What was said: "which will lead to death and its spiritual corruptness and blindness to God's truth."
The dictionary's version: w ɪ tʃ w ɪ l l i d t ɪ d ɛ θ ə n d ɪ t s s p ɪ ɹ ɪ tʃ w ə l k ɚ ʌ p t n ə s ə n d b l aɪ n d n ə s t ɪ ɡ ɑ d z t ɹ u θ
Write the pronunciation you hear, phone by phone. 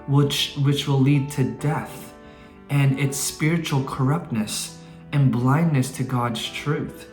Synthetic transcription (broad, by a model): w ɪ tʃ w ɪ w l i d t ɪ d ɛ θ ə n ɪ t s s p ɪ ɹ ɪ tʃ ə l k ɚ ʌ p t n ə s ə n b l aɪ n n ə s t ɪ ɡ ɑ d z t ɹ u θ